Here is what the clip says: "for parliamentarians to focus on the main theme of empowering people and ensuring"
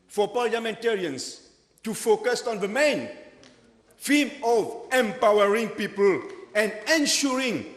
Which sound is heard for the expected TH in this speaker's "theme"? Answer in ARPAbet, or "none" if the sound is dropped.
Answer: F